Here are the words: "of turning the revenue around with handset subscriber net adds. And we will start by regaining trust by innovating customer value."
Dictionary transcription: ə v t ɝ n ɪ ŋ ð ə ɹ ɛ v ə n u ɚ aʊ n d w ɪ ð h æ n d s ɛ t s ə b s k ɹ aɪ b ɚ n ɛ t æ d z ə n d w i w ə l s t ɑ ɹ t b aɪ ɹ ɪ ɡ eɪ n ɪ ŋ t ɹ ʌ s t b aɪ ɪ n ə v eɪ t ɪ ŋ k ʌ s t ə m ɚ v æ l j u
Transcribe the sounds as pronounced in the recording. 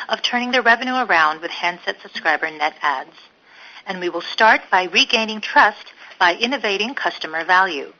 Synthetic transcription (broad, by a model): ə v t ɝ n ɪ ŋ ð ə ɹ ɛ v ə n u ɚ aʊ n d w ɪ ð h æ n d s ɛ t s ə b s k ɹ aɪ b ɚ n ɛ t æ d z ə n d w i w ə l s t ɑ ɹ t b aɪ ɹ ɪ ɡ eɪ n ɪ ŋ t ɹ ʌ s t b aɪ ɪ n ə v eɪ t ɪ ŋ k ʌ s t ə m ɚ v æ l j u